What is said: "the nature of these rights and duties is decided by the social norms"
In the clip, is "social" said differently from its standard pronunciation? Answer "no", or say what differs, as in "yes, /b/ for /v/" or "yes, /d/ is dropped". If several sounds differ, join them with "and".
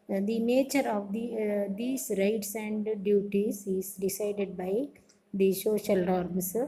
yes, /ʃ/ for /s/